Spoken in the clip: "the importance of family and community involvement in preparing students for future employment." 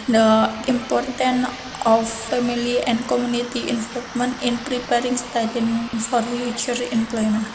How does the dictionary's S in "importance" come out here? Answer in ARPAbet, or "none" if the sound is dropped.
none